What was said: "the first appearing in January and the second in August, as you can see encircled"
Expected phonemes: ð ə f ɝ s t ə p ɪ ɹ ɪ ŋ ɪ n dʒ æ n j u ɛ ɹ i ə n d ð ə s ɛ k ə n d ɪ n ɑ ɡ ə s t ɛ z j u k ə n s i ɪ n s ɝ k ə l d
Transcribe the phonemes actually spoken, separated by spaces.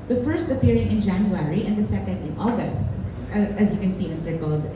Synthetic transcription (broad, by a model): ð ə f ɝ s t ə p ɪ ɹ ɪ ŋ ɪ n dʒ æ n j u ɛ ɹ i ə n d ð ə s ɛ k ə n d ɪ n ɑ ɡ ə s t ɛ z j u k ə n s i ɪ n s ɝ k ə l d